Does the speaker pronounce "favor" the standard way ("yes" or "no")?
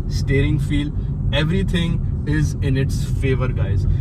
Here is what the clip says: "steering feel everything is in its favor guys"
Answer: yes